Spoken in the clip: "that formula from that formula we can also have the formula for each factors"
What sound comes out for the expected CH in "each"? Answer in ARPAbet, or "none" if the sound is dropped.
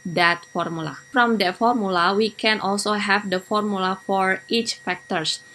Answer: CH